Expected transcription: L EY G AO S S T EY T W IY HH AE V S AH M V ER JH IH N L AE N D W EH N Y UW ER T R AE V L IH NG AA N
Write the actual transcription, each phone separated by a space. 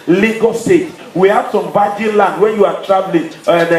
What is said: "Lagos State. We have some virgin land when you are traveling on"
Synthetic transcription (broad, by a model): L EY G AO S S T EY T W IY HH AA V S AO M B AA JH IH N L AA N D W EH N Y UW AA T R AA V L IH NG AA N